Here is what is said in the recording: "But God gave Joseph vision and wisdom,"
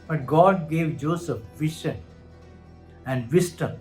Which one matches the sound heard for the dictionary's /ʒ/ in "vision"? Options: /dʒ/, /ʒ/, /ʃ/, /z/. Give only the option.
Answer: /ʃ/